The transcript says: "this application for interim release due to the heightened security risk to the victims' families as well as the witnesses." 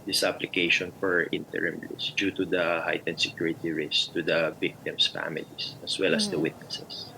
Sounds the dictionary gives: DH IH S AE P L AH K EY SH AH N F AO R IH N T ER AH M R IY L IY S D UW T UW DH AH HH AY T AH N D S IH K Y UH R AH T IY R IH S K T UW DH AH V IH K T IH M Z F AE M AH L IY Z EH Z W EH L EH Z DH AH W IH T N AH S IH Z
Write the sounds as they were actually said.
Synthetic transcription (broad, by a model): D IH S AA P L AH K EY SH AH N F AO R IH N T ER AH M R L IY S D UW T UW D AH HH AY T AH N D S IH K Y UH R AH T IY R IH S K T UW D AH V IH K T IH M S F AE M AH L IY S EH S W EH L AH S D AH W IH T N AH S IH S